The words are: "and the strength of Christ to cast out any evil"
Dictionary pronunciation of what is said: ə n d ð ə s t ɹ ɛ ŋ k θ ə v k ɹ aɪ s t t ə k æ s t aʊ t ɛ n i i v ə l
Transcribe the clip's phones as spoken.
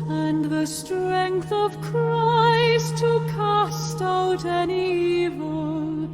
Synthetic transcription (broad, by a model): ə n ð ə s t ɹ ɛ ŋ k θ ə v k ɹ aɪ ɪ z t ə k æ s t aʊ t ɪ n i i v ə l